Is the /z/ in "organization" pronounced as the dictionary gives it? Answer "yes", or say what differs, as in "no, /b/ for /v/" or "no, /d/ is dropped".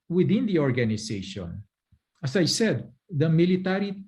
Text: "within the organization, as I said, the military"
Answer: no, /s/ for /z/